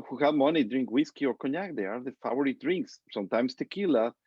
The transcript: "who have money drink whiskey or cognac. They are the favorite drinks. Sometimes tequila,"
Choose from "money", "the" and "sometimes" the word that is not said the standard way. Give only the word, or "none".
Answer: sometimes